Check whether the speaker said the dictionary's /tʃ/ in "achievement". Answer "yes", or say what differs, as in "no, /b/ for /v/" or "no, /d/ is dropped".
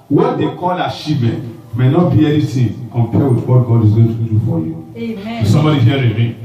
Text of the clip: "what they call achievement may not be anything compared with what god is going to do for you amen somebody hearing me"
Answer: no, /ʃ/ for /tʃ/